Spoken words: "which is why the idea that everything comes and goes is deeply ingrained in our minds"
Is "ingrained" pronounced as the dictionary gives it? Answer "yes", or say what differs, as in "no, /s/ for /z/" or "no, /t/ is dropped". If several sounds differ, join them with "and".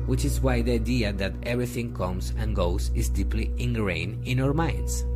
no, /d/ is dropped